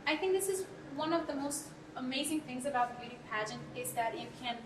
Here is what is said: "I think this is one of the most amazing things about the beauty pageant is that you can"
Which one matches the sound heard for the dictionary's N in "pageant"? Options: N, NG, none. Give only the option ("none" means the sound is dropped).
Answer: N